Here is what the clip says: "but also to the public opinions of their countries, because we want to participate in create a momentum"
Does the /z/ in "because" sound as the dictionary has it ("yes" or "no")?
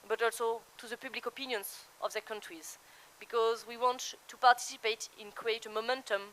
yes